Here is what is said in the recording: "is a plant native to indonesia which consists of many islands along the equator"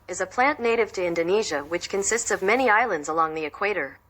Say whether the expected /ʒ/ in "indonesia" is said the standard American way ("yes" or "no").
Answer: yes